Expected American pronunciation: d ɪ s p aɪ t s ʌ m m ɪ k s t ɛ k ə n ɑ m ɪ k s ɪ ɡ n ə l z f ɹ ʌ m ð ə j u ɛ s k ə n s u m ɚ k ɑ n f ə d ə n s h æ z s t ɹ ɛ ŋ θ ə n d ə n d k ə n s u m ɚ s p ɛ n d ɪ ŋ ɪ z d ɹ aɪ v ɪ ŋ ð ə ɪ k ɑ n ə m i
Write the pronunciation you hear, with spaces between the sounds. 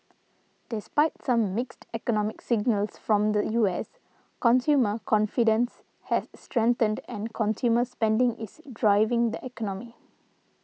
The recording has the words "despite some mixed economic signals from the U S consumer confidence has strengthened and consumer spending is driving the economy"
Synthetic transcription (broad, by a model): d ɪ s p aɪ t s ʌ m m ɪ k s t ɛ k ə n ɑ m ɪ k s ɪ ɡ n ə l s f ɹ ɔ m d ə j u ɛ s k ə n s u m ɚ k ɑ n f ə d ə n s h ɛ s t ɹ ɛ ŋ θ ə n d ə n k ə n s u m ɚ s p ɛ n d ɪ ŋ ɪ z d ɹ aɪ v ɪ ŋ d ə ɪ k ɑ n ə m i